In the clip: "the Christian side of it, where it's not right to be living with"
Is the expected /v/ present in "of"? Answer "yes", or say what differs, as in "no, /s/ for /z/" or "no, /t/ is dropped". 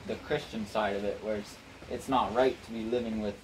yes